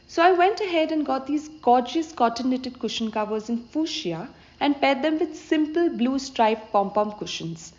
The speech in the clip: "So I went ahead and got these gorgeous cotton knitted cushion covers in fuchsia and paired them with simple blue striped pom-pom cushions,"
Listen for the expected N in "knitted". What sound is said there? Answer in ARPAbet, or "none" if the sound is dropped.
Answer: L